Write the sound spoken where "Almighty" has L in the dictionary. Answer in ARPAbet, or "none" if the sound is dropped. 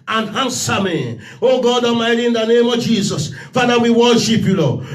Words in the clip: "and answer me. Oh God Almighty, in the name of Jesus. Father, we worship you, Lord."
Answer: none